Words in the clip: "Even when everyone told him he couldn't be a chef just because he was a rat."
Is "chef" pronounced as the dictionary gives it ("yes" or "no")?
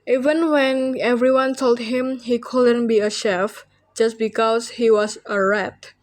yes